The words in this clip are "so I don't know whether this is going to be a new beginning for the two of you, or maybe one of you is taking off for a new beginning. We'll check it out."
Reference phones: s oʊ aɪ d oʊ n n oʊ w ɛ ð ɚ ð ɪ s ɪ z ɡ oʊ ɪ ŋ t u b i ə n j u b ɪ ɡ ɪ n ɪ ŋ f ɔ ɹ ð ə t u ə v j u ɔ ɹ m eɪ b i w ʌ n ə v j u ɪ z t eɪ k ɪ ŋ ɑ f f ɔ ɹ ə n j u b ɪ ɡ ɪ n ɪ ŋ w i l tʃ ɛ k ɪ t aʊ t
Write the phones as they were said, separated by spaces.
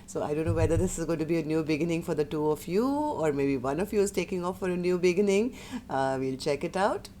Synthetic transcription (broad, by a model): s oʊ aɪ d oʊ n n oʊ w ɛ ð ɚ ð ɪ s ɪ z ɡ oʊ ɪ t u b i ə n j u b ɪ ɡ ɪ n ɪ ŋ f ɔ ɹ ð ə t u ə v j u ɔ ɹ m eɪ b i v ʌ n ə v j u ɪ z t eɪ k ɪ ŋ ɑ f f ɔ ɹ ə n j u b ɪ ɡ ɪ n ɪ ŋ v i l tʃ ɛ k ɪ t aʊ t